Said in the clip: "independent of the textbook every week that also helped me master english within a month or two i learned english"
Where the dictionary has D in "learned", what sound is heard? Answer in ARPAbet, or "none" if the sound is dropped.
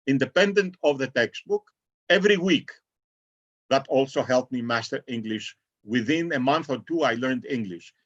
D